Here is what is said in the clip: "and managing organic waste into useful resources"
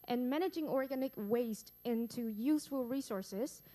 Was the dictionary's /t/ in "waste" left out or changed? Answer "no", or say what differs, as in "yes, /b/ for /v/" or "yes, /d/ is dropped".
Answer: no